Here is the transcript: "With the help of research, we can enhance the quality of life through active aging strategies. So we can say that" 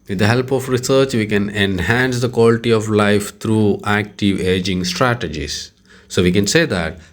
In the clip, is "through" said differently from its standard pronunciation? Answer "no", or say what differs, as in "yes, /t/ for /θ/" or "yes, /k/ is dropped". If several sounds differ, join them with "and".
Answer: yes, /t/ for /θ/